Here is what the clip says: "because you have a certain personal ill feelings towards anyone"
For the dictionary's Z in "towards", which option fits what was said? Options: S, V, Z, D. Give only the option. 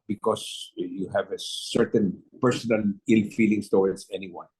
S